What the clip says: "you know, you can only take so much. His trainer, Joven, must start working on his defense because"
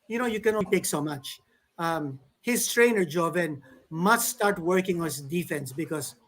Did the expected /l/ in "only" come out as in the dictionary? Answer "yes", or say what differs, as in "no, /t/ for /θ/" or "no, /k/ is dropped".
no, /l/ is dropped